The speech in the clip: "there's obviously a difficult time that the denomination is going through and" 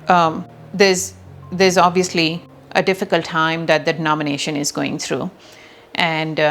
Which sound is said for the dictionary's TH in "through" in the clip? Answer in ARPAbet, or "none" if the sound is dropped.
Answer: T